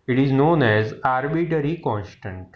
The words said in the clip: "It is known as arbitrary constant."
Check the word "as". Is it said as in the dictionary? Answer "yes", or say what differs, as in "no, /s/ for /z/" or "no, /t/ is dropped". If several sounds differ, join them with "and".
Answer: yes